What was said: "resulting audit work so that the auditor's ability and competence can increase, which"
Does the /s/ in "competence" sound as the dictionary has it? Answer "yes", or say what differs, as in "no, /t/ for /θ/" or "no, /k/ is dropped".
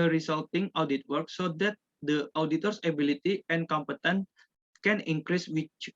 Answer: no, /s/ is dropped